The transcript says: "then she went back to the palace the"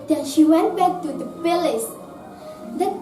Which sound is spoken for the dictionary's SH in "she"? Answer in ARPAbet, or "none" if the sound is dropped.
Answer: SH